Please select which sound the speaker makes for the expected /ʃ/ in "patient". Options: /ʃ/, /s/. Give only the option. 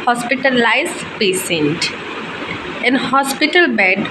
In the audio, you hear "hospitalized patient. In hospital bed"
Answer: /s/